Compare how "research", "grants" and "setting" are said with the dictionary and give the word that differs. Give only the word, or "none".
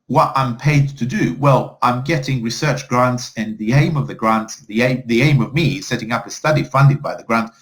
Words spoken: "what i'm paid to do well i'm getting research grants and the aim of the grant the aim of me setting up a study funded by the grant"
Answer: none